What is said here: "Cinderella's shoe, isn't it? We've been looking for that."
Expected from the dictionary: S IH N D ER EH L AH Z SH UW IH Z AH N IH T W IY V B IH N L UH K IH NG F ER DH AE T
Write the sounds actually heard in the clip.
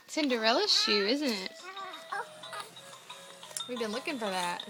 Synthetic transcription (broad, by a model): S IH N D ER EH L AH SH SH UW IH Z AH N IH T W IY V B IH N L UH K IH NG F ER DH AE T